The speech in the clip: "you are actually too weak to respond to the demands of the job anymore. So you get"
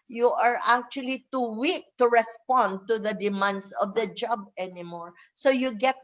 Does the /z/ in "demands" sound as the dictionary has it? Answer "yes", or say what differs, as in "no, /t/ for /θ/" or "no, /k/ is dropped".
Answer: no, /s/ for /z/